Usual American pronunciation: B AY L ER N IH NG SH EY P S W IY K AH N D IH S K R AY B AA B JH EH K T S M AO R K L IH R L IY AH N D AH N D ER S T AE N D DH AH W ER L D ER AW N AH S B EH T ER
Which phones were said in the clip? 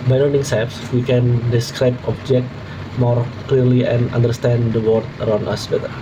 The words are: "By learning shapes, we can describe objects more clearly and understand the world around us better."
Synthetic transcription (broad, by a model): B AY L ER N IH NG S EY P S W IY K AH N D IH S K R AY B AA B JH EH K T M AO R K L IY R L IY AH N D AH N D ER S T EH N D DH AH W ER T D ER AW N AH S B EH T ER